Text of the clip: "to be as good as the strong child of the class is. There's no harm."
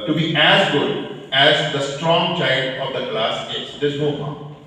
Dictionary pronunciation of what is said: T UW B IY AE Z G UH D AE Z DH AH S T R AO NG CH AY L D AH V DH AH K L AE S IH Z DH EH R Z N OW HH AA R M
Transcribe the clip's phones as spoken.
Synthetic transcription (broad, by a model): T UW B IY AE Z G UH D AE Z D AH S T R AO NG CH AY D AH V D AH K L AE S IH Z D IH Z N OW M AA